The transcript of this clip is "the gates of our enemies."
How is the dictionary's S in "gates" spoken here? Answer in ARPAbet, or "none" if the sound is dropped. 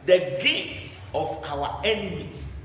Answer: S